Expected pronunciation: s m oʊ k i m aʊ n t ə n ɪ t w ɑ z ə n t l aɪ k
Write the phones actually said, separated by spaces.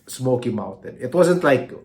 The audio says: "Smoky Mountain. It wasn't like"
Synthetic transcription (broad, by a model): s m oʊ k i m aʊ n t ə n ɪ t w ɑ z ə n t l aɪ k